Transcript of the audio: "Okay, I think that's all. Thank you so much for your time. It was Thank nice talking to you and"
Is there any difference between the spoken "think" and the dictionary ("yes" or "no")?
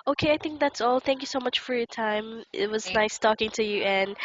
no